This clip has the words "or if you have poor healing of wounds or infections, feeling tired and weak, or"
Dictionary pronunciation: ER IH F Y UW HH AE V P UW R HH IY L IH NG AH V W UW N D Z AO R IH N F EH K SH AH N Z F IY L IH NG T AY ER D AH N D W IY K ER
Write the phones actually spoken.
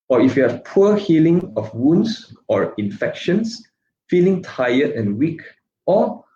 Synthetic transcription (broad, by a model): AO IH F Y UW HH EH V P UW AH HH IY L IH NG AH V W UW N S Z AO R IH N F EH K SH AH N S F IY L IH NG T AY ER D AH N W IY K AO